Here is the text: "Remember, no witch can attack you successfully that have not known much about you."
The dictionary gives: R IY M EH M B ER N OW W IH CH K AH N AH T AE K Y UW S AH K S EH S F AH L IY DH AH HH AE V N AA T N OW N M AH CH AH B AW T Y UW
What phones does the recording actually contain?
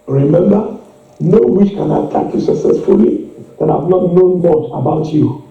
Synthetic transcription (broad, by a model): R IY M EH M B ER N OW W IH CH K AH N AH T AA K Y UW S AH K S EH S F AH L IY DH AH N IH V L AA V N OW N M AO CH AH B AW T Y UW